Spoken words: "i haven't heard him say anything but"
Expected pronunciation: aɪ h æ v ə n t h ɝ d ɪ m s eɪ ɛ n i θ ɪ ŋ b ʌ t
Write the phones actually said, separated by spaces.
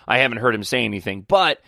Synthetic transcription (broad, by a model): aɪ h æ v ə n t h ɝ d ɪ m s eɪ ɛ n i θ ɪ ŋ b ʌ t